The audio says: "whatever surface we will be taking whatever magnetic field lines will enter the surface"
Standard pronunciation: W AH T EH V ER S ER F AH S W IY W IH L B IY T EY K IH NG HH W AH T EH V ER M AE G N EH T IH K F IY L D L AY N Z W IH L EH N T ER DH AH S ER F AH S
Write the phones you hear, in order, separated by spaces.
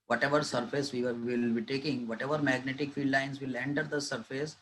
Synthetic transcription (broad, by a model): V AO T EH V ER S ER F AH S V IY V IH L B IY T EY K IH NG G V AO T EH V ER M AE G N EH T IH K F IY D L AY N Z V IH L EH N T ER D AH S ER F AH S